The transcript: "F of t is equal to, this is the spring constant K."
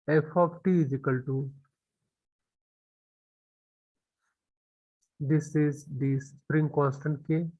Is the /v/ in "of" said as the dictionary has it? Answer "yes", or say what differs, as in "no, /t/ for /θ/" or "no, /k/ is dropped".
no, /p/ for /v/